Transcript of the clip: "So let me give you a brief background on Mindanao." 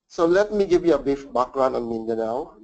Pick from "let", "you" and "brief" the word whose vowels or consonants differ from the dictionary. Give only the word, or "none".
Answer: brief